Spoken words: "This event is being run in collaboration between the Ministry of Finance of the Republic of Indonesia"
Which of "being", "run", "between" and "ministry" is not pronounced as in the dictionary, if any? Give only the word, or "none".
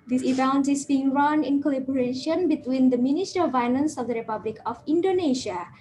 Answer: ministry